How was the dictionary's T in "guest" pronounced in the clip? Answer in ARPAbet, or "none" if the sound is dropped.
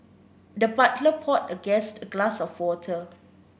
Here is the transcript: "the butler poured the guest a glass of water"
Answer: T